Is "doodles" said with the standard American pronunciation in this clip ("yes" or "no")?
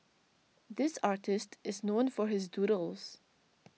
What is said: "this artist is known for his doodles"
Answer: yes